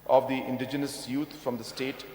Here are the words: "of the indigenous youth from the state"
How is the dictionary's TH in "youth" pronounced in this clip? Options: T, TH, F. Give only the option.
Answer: T